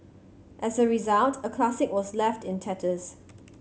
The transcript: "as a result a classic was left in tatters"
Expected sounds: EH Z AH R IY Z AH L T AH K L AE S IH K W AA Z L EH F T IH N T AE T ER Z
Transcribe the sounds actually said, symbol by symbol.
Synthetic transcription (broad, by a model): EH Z AH R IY Z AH L T AH K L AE S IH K W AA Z L EH F T IH N T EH T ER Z